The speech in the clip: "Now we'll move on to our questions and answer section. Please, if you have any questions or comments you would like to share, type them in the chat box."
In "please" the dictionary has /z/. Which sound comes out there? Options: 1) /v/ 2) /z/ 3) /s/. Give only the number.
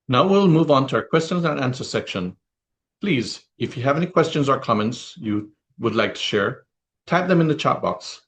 2